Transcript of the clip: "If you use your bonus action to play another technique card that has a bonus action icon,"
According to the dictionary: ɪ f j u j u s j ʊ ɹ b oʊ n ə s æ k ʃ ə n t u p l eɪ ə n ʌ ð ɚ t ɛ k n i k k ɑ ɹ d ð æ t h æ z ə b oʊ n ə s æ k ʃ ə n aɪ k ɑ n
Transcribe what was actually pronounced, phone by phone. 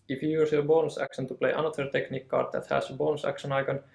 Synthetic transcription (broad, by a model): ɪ f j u j u s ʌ b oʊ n s æ k ʃ ə n t u p l eɪ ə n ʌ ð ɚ t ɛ k n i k k ɑ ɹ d ð æ t h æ s ə b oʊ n s æ k ʃ ə n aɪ k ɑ n